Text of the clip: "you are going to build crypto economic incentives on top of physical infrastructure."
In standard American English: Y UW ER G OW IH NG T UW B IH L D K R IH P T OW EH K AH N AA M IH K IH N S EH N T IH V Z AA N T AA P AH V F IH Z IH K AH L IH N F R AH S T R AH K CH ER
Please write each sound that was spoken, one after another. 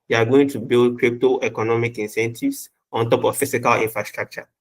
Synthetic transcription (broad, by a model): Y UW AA G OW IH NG T UW B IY L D K R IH P T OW EH K AH N AA M IH K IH N S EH N T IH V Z AA N T AA P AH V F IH S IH K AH L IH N F R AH S T R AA K CH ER